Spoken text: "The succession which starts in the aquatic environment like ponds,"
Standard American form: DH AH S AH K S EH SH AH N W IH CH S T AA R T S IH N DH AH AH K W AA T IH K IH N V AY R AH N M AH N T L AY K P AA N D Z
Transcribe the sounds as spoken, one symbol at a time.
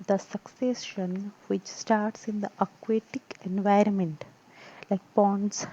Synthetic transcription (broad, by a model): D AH S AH K S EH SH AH N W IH CH S T AA R T S IH N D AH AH K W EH T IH K IH N V AY R AH N M AH N T L AY K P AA N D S